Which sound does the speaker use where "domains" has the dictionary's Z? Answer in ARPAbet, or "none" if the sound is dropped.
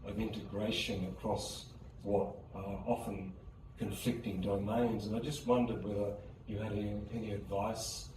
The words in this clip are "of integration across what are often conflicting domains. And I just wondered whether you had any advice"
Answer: Z